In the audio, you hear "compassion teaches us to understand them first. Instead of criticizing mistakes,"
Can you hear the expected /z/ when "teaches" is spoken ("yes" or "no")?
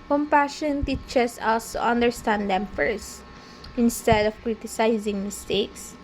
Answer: no